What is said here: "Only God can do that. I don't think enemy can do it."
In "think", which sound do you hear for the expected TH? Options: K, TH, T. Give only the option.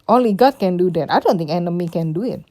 T